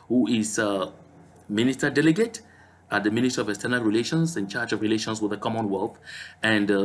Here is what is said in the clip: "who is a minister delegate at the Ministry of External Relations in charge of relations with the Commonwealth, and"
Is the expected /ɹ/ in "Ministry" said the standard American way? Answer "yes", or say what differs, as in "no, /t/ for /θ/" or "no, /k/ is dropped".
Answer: no, /ɹ/ is dropped